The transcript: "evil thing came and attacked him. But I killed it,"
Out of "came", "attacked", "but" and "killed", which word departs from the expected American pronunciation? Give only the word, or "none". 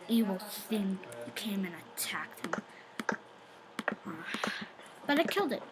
none